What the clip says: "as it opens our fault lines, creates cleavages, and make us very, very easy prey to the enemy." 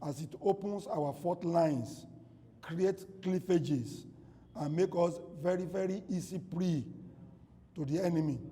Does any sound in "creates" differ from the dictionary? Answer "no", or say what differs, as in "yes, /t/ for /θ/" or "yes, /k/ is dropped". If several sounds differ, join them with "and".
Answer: yes, /s/ is dropped